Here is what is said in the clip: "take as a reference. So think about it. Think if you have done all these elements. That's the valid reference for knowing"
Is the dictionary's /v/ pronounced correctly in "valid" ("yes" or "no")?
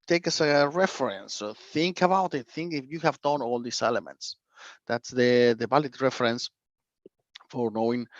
no